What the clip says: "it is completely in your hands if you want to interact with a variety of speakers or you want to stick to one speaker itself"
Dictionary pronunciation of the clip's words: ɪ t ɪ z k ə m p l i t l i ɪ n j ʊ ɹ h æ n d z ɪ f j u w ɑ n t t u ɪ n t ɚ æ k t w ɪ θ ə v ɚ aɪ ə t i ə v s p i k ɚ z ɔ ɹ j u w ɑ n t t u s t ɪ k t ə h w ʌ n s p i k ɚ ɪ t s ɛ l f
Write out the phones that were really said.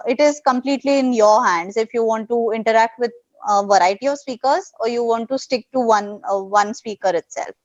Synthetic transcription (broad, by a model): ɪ t ɪ z k ə m p l i t l i ɪ n j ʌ ɹ h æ n d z ɪ f j u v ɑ n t t u ɪ n t ɚ æ k t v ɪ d ə v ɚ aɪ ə t i ə v s p i k ɚ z ɔ ɹ j u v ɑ n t t u s t ɪ k t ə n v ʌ n s p i k ɚ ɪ t s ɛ l f